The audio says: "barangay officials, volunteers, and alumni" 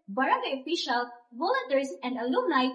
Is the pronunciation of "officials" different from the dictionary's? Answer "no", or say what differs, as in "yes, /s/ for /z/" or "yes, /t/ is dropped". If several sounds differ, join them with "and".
yes, /z/ is dropped